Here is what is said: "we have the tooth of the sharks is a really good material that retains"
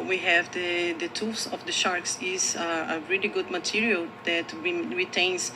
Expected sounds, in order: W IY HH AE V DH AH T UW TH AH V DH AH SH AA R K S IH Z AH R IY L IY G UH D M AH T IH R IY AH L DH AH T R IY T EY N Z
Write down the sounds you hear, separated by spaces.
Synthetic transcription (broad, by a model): W IY HH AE V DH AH T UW S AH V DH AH SH AA R K S IH Z AH R IY L IY G UH D M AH T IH R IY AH L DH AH T R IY T EY N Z